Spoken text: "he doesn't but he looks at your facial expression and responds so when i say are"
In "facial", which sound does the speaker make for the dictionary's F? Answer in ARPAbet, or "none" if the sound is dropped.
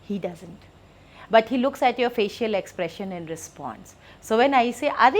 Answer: F